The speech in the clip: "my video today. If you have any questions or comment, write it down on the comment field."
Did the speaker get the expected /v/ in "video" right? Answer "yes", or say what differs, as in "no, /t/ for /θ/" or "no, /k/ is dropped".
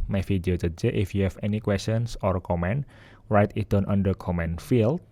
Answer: no, /f/ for /v/